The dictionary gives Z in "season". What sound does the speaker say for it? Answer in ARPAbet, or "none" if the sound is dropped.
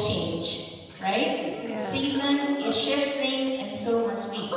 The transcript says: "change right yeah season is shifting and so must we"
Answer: Z